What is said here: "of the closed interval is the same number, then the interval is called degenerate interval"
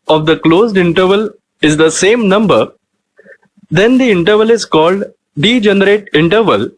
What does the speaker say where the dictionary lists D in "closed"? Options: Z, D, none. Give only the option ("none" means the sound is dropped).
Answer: D